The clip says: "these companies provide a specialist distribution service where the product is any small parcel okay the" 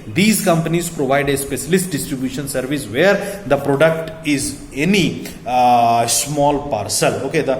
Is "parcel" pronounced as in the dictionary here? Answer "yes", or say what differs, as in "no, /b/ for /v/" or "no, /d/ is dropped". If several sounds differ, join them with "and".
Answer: yes